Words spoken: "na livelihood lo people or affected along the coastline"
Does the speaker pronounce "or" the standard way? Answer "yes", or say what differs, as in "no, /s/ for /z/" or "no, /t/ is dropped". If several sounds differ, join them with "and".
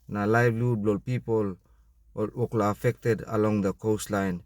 no, /l/ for /ɹ/